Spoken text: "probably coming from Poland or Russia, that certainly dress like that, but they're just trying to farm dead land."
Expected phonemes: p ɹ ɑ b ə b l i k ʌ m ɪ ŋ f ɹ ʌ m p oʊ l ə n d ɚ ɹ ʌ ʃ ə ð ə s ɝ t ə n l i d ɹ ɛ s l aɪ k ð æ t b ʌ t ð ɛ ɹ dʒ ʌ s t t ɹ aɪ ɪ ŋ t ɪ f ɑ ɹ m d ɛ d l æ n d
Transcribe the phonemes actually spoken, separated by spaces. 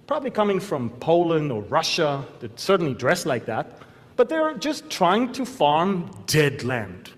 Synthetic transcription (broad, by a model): p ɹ ɑ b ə b l i k ʌ m ɪ ŋ f ɹ ʌ m p oʊ l ə n d ɚ ɹ ʌ ʃ ə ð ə s ɝ t n l i d ɹ ɛ s l aɪ k ð æ t b ʌ t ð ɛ ɹ dʒ ʌ s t t ɹ aɪ ɪ ŋ t ɪ f ɑ ɹ m d ɛ d l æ n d